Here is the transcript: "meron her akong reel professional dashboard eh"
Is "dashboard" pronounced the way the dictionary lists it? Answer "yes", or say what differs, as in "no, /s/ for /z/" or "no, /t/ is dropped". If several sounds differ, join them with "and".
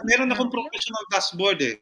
no, /s/ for /ʃ/